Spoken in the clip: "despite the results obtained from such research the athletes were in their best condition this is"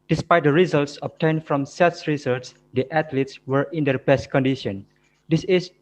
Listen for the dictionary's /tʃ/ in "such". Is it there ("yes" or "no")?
no